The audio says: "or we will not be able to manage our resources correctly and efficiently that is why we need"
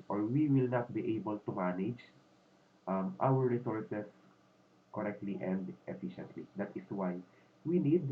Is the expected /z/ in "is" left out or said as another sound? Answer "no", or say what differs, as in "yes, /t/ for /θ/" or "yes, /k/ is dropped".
yes, /s/ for /z/